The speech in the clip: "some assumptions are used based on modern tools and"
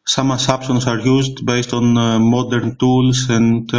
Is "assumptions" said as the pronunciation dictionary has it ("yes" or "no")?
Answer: no